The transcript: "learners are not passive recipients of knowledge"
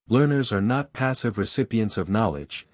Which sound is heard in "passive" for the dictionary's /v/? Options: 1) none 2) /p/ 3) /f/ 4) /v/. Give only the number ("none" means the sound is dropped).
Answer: 4